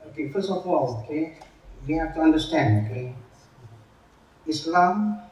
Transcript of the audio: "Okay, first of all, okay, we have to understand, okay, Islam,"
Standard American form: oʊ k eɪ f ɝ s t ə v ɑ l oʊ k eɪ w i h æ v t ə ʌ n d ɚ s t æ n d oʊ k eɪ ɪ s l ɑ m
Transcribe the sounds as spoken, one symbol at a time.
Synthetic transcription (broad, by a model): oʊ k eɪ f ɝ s ə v ɑ l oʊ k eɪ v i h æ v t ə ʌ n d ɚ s t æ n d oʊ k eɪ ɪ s l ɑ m